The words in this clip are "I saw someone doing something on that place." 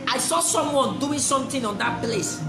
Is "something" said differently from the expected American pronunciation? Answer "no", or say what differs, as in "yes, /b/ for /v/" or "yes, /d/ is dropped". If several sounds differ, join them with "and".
yes, /t/ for /θ/